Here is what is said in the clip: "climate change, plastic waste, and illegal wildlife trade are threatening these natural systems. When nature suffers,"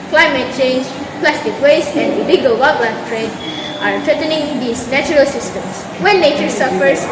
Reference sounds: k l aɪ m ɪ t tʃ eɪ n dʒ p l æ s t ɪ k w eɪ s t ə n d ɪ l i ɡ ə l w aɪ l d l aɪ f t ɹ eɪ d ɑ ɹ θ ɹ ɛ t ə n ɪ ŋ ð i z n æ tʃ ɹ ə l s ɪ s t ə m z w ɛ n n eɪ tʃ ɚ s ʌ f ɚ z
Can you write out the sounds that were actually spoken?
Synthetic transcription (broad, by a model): k l aɪ m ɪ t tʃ eɪ n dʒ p l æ s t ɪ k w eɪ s ə n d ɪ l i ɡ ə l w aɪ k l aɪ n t ɹ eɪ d ɑ ɹ t ɹ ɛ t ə n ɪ ŋ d i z n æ tʃ ɹ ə l s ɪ s t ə m s w ɛ n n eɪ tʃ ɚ s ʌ f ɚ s